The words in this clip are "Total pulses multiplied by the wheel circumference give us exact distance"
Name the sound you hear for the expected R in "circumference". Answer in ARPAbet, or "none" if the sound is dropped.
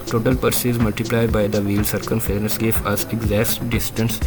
none